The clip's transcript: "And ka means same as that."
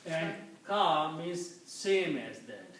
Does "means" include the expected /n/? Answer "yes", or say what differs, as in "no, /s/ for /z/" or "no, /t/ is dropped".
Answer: no, /n/ is dropped